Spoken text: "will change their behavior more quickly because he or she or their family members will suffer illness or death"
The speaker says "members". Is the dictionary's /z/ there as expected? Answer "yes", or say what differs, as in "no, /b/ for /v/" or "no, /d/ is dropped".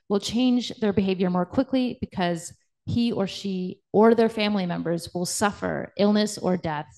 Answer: yes